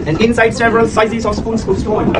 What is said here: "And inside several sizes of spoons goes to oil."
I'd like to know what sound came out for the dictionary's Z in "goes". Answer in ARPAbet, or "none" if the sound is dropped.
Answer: S